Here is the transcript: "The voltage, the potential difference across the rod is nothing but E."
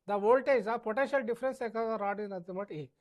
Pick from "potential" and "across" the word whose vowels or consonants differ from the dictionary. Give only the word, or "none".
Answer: across